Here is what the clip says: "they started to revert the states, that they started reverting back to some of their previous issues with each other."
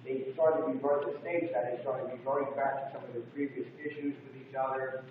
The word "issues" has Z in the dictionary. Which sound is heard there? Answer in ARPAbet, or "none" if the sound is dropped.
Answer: Z